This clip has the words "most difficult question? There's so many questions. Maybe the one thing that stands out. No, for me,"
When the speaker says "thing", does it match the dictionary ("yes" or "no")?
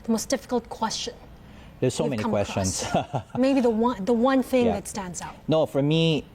yes